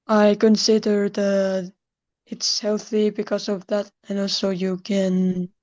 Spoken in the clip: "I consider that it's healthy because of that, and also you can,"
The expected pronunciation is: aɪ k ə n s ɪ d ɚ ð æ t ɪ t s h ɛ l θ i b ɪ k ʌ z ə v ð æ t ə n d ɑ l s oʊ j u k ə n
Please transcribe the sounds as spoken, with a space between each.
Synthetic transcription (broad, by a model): aɪ k ə n s ɪ d ɚ ð æ t ɪ t s h ɛ l θ i b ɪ k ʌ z ə v ð æ t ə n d ɑ l s oʊ j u k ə n